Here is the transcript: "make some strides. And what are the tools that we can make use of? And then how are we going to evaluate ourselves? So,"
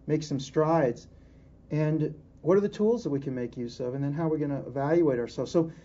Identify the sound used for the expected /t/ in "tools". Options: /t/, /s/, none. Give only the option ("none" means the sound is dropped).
/t/